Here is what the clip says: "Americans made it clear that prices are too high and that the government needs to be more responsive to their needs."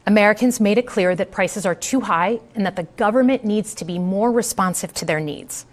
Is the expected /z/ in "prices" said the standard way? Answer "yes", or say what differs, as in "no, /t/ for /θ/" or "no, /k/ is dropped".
yes